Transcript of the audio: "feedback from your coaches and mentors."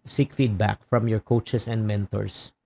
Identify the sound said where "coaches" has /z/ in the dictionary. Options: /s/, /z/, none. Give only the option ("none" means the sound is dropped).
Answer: /s/